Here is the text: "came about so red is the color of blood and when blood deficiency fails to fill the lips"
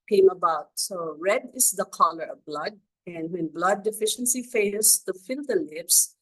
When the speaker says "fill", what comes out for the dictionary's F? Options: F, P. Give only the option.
F